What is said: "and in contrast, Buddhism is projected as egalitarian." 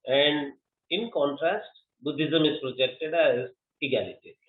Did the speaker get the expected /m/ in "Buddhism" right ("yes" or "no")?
yes